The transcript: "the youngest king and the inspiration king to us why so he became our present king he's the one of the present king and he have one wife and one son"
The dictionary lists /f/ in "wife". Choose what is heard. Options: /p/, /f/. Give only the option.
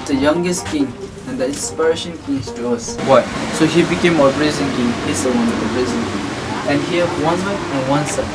/p/